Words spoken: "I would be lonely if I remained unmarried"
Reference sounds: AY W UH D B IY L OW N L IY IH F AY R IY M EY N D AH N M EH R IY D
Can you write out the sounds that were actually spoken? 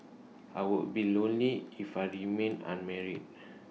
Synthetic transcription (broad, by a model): AY W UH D B IY L OW N L IY IH F AY R IY M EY N AH N M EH R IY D